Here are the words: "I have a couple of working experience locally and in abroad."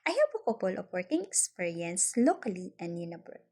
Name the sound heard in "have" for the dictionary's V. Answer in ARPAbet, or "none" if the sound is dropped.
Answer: P